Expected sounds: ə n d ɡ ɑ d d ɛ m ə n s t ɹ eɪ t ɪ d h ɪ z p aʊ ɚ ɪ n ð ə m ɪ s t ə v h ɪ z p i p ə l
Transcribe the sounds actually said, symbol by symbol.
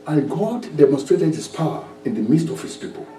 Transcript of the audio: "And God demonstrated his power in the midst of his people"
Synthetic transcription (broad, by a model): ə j ɡ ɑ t d ɛ m ə n s t ɹ eɪ t ɪ d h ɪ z p aʊ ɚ ɪ n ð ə m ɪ s t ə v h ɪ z p i p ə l